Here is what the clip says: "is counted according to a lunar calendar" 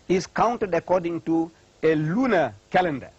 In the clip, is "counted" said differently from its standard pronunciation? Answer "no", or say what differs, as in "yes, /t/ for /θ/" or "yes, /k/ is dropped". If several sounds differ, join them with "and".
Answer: no